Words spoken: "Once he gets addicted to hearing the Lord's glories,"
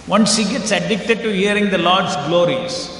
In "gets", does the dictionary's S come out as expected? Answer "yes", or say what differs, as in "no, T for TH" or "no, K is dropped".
yes